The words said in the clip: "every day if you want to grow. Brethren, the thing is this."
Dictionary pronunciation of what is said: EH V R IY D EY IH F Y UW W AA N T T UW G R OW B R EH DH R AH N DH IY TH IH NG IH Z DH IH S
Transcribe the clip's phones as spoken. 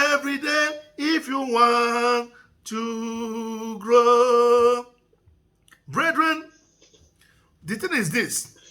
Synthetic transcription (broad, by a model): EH V R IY D EY IH F Y UW W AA N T T UW G R OW B R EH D R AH N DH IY T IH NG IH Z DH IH S